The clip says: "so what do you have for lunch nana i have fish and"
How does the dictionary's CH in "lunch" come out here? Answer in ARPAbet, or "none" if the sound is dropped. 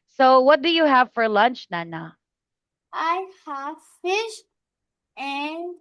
CH